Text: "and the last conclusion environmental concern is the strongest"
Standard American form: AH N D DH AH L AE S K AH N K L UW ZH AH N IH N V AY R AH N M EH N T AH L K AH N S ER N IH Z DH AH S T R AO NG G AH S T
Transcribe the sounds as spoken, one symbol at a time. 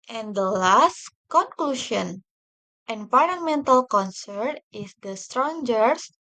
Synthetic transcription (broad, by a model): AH N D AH L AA S K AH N K L UW SH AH N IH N P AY L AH M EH N T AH L K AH N S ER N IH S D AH S T R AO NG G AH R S